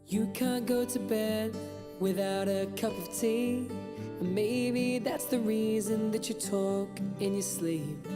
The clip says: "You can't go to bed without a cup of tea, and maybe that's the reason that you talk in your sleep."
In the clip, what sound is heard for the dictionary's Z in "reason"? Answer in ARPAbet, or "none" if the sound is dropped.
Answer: Z